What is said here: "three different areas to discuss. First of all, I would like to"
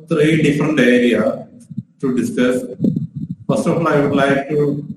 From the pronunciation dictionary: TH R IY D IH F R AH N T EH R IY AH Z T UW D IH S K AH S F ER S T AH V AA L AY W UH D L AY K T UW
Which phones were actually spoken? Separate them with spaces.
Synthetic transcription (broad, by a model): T R IY D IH F R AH N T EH R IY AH T UW D IH S K AH S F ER S T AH F AA L AY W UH D L AY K T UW